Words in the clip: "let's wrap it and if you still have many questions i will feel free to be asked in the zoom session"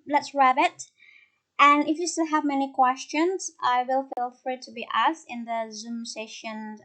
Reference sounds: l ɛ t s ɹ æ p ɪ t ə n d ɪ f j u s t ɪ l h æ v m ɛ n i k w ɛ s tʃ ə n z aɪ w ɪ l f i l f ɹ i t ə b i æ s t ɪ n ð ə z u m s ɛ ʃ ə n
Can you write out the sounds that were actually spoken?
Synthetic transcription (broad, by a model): l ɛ t s ɹ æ b ɪ t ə n ɪ f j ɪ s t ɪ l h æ v m ɛ n i k w ɛ s tʃ ə n z aɪ w ɪ l f i l f ɹ i t ə b i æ s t ɪ n ð ə z u m s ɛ ʃ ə n